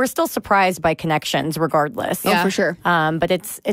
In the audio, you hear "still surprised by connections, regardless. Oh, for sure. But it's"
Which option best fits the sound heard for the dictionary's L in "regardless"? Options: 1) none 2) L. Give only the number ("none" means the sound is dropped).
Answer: 2